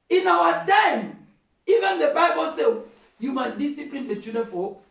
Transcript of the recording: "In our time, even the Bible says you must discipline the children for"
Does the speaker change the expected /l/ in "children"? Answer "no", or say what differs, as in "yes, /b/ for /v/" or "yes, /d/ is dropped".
yes, /l/ is dropped